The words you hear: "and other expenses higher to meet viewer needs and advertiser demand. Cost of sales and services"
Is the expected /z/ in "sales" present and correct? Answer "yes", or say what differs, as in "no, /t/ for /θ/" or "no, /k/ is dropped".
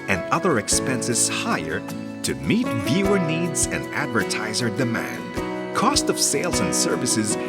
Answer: yes